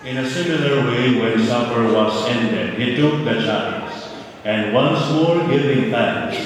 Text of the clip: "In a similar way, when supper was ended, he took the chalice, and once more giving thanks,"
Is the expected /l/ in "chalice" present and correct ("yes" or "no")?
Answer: no